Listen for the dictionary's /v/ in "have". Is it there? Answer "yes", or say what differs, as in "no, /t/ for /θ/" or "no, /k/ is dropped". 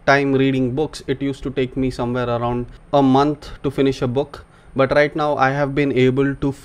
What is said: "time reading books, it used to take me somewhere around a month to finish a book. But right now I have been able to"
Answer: yes